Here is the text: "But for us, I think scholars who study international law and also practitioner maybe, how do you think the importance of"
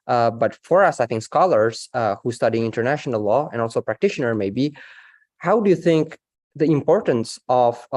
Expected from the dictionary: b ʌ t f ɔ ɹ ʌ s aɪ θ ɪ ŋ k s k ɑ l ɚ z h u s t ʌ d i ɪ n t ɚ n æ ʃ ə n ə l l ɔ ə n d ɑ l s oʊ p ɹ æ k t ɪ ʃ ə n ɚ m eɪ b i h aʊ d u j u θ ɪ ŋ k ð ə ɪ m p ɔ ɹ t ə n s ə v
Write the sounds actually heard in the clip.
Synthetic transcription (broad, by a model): b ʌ t f ɔ ɹ ʌ s aɪ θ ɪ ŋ k s k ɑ l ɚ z h u s t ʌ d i ɪ n t ɚ n æ ʃ ə n ə l l ɔ ə n d ɑ l s oʊ p ɹ æ k t ɪ ʃ ə n ɚ m eɪ b i h aʊ d u j u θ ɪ ŋ k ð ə ɪ m p ɔ ɹ t ə n s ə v